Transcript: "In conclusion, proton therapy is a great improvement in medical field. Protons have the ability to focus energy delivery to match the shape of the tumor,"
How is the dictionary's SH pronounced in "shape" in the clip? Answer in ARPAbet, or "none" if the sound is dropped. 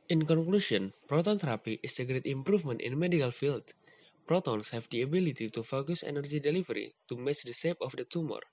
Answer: S